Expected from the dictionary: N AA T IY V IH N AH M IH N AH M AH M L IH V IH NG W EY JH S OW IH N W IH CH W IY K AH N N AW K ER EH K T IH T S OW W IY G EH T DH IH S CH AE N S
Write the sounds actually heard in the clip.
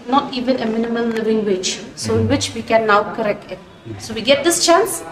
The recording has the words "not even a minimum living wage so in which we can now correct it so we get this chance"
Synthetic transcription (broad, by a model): N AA T IY V IH N AH M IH N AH M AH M L IH V IH NG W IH CH S OW IH N W IH CH W IY K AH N N AW K ER EH K T IH T S OW W IY G EH T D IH S CH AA N S